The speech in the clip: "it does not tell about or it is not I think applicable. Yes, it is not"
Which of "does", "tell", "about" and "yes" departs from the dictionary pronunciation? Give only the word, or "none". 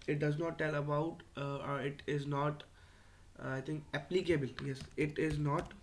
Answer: none